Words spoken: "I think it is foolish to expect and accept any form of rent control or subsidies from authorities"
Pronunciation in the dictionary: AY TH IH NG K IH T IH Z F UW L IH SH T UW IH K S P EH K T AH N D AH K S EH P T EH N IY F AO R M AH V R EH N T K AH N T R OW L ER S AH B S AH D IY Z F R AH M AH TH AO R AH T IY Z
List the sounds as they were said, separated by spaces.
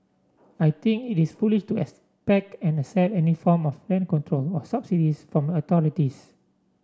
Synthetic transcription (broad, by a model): AY T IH NG K IH T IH S F UW L IH SH T UW IH K S P EH K T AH N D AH S EH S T EH N IY F AO M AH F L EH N K AH N T R OW L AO S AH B S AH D IY S F R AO M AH T AO R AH T IY S